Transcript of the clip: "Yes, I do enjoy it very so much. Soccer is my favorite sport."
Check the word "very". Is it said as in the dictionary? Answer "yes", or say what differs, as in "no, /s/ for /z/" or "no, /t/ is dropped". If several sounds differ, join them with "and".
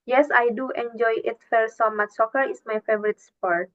no, /f/ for /v/